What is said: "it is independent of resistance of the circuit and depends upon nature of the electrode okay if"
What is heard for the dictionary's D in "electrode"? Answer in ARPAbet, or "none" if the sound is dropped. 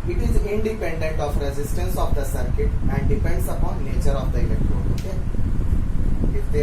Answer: none